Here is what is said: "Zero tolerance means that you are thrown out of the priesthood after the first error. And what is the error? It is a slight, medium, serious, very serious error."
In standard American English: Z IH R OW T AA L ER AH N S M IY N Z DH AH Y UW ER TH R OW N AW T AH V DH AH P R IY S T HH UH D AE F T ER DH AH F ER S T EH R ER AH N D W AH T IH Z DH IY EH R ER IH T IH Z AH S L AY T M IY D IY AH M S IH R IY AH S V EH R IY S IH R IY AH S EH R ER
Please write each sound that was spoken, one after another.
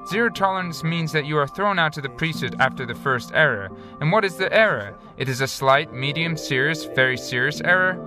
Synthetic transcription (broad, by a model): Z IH R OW T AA L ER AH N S M IY N Z DH AH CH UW ER TH R OW N AW T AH DH AH P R IY S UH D AE F T ER DH AH F ER S T EH R ER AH N W AH T IH Z DH IY EH R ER IH T IH Z AH S L AY T M IY D IY AH M S IH R IY AH S V EH R IY S IH R IY AH S EH R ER